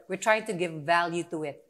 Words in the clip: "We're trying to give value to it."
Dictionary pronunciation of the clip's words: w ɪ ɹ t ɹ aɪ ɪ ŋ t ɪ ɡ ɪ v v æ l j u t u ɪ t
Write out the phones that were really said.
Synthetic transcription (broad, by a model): w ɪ ɹ t ɹ aɪ ɪ ŋ t ɪ ɡ ɪ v v æ l j u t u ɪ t